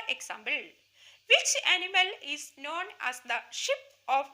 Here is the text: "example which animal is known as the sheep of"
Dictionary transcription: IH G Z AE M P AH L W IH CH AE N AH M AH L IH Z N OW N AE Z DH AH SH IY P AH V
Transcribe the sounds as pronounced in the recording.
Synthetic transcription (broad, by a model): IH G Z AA M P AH L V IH CH AE N AH M AH L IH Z N OW N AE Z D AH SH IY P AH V